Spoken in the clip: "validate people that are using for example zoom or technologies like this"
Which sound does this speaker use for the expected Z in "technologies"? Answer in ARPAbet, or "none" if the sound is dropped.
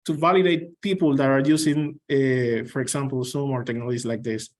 S